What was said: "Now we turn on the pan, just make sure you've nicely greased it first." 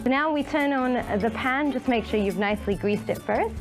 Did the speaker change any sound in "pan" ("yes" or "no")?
no